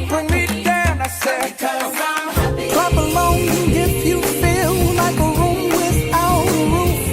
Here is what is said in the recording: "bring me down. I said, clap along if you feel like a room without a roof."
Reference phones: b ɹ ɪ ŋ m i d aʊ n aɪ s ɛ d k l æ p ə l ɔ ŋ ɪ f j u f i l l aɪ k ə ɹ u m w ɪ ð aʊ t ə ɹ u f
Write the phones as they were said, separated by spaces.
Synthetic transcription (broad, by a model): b ɹ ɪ ŋ m i d aʊ n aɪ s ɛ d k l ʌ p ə l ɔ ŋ ɪ f j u f i l l aɪ k ə ɹ u m w ɪ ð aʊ ə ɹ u